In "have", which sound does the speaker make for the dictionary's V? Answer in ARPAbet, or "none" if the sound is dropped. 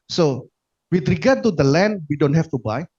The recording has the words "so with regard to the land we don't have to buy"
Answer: F